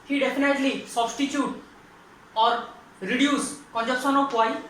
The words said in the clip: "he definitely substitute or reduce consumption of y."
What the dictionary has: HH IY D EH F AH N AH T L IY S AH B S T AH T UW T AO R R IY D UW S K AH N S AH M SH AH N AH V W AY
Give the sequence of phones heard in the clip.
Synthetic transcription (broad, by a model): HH IY D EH P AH N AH T L IY S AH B S T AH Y UW T AO R R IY D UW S K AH N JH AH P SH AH N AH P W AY